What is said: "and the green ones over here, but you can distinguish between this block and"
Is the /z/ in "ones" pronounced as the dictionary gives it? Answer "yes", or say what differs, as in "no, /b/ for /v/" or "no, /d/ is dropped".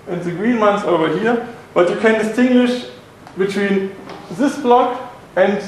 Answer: no, /s/ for /z/